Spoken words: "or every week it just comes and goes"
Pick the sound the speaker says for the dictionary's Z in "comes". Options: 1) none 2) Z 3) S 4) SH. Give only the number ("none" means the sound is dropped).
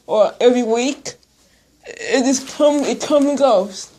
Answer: 1